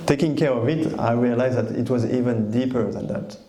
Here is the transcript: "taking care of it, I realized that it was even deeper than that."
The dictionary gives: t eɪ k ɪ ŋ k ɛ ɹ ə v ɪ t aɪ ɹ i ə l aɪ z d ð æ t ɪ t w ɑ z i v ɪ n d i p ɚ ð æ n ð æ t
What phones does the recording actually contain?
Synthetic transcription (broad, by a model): t eɪ k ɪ ŋ k ɛ ɹ ə v ɪ t aɪ ɹ i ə l aɪ z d ð æ t ɪ t w ɑ z i v ɪ n d i p ɚ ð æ n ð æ t